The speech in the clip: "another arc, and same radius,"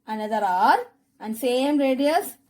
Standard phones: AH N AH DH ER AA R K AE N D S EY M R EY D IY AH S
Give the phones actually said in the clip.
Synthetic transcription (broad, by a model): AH N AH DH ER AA R AE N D S EY M R EY D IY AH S